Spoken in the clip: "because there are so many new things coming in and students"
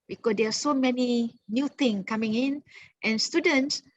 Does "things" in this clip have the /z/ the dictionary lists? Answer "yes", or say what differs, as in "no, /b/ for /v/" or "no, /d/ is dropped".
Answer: no, /z/ is dropped